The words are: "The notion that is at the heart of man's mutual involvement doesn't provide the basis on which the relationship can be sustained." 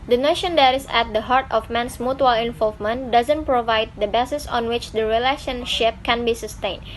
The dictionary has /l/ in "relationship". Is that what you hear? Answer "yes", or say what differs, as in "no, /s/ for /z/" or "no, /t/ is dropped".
yes